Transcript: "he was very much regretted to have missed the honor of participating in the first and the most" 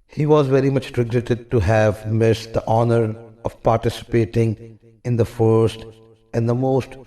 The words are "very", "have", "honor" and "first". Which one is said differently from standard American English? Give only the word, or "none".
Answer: none